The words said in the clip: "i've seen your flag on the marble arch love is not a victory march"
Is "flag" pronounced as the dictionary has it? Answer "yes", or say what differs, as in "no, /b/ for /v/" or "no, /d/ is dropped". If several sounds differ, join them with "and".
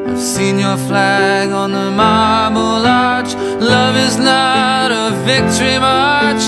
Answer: yes